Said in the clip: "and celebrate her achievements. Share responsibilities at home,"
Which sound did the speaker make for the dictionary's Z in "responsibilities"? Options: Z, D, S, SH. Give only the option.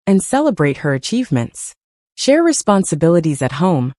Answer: Z